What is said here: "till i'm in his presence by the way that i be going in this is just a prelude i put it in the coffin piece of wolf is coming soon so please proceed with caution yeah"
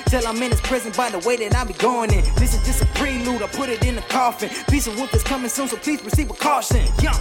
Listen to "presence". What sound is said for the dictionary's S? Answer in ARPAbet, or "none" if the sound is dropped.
none